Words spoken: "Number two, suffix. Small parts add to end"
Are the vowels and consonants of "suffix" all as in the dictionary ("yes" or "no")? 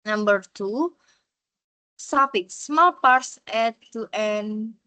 no